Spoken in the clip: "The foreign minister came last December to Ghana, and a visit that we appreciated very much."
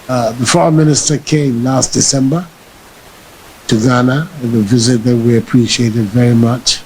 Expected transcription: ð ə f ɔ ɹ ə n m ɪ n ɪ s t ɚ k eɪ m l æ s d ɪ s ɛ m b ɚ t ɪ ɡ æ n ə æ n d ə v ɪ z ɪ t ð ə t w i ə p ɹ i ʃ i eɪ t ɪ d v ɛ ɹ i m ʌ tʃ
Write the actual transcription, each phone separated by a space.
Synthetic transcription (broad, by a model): ð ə f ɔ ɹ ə m ɪ n ɪ s t ɚ k eɪ m l æ s d ɪ s ɛ m b ɚ t ɪ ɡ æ n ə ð ə v ɪ z ɪ t ð ə t w i ə p ɹ i ʃ i eɪ t ɪ d v ɛ ɹ i m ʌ tʃ